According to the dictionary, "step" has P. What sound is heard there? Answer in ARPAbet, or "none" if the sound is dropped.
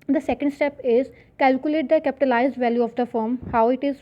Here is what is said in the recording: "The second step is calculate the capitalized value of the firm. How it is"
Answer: P